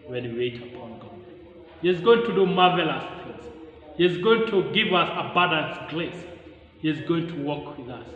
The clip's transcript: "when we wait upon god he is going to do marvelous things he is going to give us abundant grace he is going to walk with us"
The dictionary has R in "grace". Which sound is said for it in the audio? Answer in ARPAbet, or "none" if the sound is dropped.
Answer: L